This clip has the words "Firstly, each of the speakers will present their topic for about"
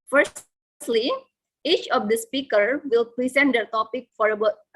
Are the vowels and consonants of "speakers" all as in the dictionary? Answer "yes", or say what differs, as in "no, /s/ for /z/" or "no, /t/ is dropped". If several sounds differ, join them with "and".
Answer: no, /z/ is dropped